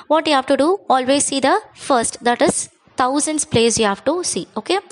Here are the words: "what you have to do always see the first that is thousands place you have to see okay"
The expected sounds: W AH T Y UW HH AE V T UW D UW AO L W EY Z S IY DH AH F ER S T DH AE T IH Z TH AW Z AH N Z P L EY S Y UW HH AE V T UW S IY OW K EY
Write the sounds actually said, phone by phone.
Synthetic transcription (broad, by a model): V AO T Y UW HH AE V T UW D UW AO L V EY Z S IY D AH F ER S T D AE T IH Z T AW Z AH N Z P L EY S Y UW HH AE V T UW S IY OW K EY